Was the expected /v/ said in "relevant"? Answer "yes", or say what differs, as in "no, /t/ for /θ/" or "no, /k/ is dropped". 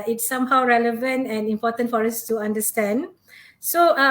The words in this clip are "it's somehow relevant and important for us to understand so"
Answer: yes